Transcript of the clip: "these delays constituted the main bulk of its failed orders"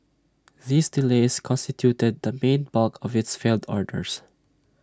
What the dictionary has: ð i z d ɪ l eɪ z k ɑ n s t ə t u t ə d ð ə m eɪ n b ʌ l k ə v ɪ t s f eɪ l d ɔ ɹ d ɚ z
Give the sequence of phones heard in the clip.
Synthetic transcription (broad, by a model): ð i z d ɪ l eɪ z k ɑ n s t ə t u t ə d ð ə m eɪ n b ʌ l k ə v ɪ t s f eɪ l d ɔ ɹ d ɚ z